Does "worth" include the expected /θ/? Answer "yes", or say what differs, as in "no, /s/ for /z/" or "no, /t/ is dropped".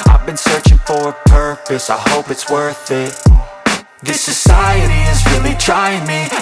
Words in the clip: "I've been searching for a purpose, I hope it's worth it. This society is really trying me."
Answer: yes